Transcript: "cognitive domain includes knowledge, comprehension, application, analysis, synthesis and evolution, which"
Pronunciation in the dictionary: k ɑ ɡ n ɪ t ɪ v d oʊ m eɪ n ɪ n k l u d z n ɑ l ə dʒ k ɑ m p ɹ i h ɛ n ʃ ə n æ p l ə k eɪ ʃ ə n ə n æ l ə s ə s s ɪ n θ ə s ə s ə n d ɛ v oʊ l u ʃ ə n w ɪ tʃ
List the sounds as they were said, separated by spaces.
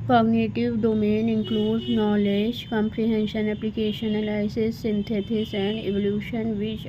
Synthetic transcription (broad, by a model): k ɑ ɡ n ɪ t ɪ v d oʊ m eɪ n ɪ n k l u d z n ɑ l ə dʒ k ɑ m p ɹ i h ɛ n ʃ ə n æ p l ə k eɪ ʃ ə n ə l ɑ ə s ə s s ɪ n t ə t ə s ə n d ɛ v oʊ l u ʃ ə n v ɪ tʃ